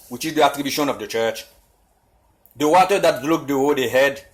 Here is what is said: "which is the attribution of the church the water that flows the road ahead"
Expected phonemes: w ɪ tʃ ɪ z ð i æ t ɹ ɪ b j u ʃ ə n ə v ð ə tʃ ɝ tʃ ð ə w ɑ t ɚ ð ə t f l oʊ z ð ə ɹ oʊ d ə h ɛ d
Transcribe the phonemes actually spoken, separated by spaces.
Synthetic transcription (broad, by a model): w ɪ tʃ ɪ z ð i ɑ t ɹ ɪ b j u ʃ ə n ə v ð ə tʃ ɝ tʃ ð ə w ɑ t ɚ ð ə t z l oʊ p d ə w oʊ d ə h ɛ d